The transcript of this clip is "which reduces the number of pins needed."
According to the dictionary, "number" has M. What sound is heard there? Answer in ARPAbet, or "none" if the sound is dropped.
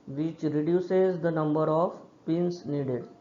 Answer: M